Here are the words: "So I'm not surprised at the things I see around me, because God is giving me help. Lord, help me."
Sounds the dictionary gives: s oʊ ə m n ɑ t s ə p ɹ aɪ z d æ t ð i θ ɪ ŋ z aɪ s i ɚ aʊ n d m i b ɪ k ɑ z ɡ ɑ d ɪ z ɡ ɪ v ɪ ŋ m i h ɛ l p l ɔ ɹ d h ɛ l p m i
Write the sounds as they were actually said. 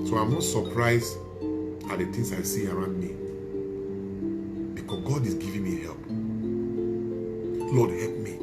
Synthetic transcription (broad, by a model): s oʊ ə m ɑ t s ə p ɹ aɪ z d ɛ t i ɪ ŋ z aɪ s i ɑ aʊ n d m i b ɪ k ɑ s ɡ ɑ d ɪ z ɡ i v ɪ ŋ m i h ɛ l p l ɔ d h ɛ l p m i